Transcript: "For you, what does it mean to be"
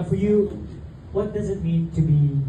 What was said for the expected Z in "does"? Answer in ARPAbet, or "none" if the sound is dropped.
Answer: Z